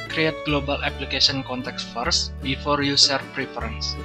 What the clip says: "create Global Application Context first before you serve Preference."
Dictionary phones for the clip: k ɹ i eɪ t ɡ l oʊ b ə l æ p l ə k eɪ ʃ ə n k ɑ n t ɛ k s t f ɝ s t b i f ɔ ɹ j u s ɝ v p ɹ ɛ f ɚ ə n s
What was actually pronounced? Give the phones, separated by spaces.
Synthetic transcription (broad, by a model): k ɹ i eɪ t ɡ l oʊ b ə l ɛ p l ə k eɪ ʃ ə n k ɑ n t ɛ k s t f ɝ s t b i f ɔ ɹ j u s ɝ f p ɹ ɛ f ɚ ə n s